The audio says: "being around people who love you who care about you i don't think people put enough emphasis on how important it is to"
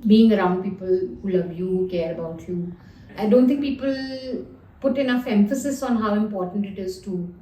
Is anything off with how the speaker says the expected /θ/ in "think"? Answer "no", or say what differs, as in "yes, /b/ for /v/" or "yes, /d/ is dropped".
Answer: yes, /t/ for /θ/